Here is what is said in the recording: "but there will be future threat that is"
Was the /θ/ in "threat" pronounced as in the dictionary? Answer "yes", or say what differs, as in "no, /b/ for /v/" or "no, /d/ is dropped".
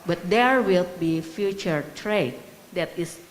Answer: no, /t/ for /θ/